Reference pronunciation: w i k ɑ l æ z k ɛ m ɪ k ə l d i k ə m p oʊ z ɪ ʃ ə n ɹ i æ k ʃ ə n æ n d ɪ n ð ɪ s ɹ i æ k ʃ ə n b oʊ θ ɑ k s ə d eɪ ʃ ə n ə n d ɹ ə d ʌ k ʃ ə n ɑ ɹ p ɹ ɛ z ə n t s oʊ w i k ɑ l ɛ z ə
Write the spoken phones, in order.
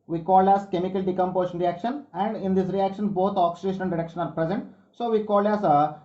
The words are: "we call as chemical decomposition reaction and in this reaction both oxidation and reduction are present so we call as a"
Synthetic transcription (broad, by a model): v i k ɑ l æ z k ɛ m ɪ k ə l d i k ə m p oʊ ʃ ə n ɹ i æ k ʃ ə n æ n d ɪ n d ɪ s ɹ i æ k ʃ ə n b oʊ t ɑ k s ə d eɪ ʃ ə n ə n d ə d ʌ k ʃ ə n ɑ ɹ p ɹ ɛ z ə n t s oʊ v i k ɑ l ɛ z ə